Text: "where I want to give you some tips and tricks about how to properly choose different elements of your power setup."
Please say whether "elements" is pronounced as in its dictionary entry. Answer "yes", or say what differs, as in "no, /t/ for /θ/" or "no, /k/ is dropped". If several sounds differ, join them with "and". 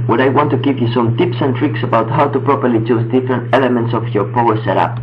yes